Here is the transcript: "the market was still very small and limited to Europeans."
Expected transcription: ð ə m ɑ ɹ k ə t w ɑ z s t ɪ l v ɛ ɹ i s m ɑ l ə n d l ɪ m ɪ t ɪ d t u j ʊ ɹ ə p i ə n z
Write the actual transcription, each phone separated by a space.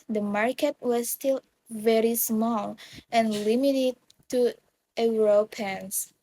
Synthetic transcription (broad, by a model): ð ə m ɑ ɹ k ə t w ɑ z s t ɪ l v ɛ ɹ i s m ɑ l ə n l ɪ m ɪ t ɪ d t u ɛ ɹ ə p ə n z